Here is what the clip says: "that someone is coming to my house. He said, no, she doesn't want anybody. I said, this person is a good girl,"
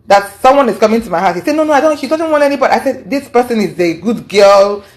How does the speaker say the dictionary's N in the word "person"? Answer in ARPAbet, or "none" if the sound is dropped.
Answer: N